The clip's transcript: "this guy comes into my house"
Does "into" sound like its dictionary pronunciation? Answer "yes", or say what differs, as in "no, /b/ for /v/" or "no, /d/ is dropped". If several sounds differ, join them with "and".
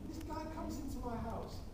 yes